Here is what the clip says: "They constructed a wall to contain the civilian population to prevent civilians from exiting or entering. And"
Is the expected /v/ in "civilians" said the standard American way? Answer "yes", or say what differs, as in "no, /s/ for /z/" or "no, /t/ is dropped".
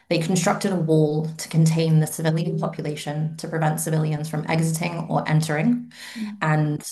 yes